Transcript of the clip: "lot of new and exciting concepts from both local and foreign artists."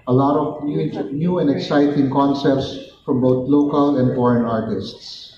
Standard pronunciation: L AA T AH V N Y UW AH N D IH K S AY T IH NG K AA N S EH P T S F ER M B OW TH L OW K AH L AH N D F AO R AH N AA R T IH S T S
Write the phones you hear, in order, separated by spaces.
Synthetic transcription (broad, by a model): L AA T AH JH N Y UW AH N D IH K S AY T IH NG K AA N S EH P T S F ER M B OW T L OW K AH L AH N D F AO R AH N AA R T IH S T S